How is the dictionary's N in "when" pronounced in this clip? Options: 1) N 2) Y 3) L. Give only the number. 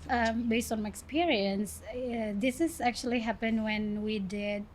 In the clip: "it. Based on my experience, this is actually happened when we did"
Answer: 1